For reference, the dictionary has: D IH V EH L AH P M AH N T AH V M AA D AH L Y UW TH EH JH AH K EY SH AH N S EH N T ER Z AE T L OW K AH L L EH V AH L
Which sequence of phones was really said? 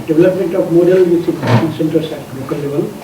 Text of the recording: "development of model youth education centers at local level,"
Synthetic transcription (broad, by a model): D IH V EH L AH P M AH N T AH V M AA D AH L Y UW S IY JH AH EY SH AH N S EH N T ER S AE T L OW K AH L L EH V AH L